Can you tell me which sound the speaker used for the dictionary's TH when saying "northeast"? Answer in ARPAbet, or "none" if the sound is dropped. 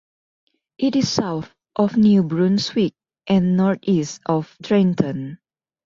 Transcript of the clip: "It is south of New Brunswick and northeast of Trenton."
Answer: T